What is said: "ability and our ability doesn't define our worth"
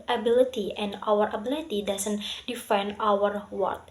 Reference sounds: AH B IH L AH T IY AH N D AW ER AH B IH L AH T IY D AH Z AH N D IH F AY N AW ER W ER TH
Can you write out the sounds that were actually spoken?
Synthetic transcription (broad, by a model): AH B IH L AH T IY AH N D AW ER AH B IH L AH T IY D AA S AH N D IH F AY N AW ER W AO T